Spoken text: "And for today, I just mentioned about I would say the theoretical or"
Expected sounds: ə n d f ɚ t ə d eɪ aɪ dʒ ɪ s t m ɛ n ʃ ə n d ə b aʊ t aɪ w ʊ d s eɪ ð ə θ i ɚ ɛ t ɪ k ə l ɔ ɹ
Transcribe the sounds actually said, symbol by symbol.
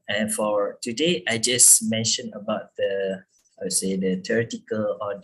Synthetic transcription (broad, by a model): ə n f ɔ t ə d eɪ aɪ dʒ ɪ s m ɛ n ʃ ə n ə b aʊ t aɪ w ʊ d s eɪ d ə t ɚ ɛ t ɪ k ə l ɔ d